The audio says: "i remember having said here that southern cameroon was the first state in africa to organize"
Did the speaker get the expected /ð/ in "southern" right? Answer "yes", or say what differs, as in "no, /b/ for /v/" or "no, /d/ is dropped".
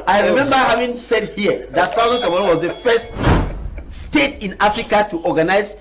no, /ð/ is dropped